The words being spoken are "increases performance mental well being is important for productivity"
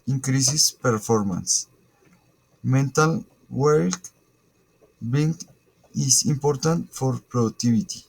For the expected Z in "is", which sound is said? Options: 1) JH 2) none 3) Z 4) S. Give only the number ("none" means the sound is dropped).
4